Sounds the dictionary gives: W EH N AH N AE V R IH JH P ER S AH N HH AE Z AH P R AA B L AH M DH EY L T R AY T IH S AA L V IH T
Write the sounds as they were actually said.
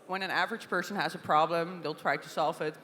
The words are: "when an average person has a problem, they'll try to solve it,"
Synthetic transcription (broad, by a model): W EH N AH N AE V R IH JH P ER S AH N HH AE Z AH P R AA B L AH M DH EY L T R AY T IH S AA L V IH T